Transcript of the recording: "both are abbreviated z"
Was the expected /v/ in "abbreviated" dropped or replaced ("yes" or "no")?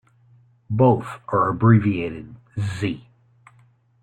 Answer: no